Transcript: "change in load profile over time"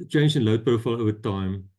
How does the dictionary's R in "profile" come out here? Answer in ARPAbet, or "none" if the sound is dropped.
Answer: none